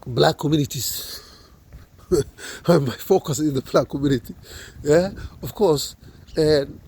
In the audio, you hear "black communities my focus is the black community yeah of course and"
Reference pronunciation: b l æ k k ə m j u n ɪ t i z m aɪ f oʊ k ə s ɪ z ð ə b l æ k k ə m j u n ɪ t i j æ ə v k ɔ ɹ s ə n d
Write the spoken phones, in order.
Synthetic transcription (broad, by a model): b l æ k k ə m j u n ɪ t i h m aɪ f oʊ k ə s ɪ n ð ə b l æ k k ə m j u n ɪ t i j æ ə f k ɔ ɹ s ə n